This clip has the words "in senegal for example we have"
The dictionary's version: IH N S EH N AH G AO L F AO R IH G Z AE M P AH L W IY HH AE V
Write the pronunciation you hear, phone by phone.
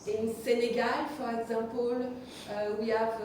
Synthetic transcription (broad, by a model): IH N S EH N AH G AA L F AO R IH G Z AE P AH L W IY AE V